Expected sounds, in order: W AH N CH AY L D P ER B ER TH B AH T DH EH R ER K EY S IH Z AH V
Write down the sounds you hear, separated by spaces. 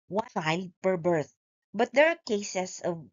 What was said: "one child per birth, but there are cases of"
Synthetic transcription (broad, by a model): W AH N AY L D P ER B ER TH B AH T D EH R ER K EY S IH S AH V